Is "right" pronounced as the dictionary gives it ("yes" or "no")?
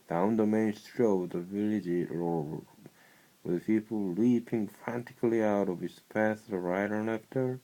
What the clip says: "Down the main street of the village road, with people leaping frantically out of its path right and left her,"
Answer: yes